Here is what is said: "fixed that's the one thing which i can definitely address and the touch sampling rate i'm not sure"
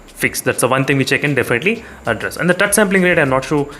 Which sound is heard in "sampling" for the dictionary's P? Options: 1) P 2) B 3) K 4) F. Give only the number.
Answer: 1